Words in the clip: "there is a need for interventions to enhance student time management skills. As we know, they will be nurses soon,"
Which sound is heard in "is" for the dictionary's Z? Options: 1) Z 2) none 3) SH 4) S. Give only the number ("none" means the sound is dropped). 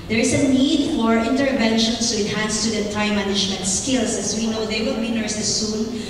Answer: 4